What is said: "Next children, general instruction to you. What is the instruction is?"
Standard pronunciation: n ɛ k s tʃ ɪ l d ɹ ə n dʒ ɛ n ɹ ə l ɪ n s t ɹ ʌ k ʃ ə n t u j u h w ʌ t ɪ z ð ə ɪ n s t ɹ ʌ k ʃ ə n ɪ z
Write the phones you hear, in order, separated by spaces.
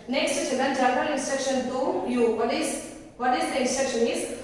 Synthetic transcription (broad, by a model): n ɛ k s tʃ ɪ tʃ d ə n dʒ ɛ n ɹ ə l ɪ n s t ɹ ʌ k ʃ ə n t u j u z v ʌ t ɪ z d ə ɪ n s t ɹ ʌ k ʃ ə n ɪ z